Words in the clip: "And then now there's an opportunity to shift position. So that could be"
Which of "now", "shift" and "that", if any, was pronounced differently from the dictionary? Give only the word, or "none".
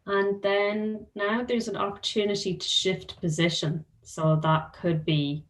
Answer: none